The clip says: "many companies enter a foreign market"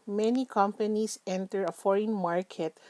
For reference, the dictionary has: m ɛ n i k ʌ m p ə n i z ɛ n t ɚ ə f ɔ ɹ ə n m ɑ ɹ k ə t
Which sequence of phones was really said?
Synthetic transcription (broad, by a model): m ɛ n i k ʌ m p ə n i s ɛ n t ɚ ə f ɔ ɹ ə n m ɑ ɹ k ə t